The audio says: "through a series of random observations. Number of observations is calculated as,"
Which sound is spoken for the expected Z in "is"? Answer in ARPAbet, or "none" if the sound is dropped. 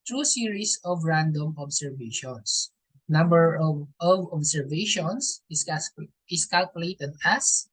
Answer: S